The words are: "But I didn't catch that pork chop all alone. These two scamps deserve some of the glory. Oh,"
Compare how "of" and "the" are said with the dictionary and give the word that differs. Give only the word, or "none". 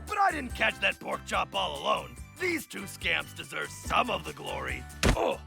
none